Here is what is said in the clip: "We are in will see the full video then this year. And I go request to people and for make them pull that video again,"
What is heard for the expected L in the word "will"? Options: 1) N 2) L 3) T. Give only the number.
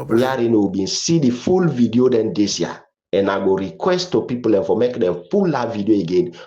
1